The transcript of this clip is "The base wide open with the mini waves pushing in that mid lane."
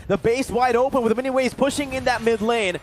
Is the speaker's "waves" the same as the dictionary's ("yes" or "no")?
no